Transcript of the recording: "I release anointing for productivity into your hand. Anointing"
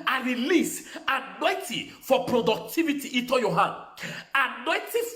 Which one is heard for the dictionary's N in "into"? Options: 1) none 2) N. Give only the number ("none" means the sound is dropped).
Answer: 1